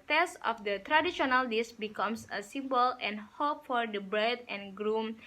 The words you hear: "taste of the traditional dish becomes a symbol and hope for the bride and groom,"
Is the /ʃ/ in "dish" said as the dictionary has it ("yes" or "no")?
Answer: no